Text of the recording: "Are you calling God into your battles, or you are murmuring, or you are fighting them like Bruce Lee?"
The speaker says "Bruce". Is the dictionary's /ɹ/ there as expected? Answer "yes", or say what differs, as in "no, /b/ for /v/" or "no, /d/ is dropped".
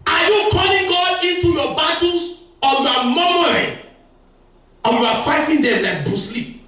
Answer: no, /ɹ/ is dropped